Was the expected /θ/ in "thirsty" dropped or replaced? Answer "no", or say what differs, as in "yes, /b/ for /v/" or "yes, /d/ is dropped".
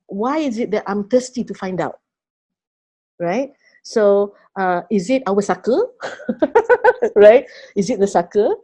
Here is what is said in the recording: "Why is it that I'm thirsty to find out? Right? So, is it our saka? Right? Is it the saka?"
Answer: yes, /t/ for /θ/